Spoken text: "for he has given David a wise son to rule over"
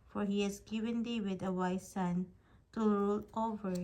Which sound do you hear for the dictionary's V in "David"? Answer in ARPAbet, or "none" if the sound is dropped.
W